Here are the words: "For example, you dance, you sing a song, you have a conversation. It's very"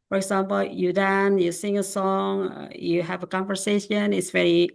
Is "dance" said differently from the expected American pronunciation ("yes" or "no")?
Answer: yes